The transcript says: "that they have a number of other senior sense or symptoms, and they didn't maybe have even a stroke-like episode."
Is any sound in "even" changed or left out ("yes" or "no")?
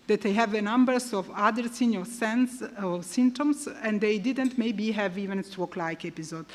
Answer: no